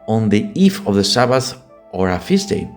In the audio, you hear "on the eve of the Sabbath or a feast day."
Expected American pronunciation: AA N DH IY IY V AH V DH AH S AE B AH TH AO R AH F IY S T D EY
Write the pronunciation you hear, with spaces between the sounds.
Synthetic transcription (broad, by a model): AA N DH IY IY F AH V DH AH S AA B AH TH AO R AH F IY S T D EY